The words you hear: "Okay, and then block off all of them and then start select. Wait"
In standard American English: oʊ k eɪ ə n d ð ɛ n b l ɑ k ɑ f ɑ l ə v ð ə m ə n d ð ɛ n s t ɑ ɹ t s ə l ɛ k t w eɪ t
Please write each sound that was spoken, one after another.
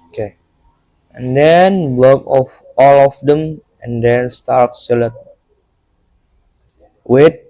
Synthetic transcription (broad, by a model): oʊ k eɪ ə n d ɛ n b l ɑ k ɑ f ɑ l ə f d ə m ə n d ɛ n s t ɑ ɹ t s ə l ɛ t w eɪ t